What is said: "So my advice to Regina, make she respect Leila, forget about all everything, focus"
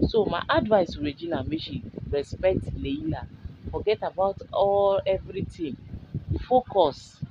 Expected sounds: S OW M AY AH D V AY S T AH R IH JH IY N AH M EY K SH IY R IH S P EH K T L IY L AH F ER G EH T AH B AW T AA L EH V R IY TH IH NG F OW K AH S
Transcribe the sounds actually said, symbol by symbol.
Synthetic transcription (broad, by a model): S OW M AY AH D V AY S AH R IH JH IY N AH M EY SH IY R IH S P EH K T L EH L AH F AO G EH T AH B AW T AA L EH V R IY T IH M F OW K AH S